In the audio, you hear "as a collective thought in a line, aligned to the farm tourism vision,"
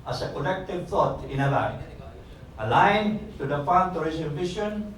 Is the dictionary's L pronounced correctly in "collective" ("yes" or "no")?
no